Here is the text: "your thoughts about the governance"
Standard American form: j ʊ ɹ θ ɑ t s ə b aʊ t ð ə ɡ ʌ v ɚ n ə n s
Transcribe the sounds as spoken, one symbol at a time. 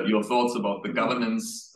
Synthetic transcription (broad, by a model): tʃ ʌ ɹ θ ɑ t s ə b aʊ t ð ə ɡ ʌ v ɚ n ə n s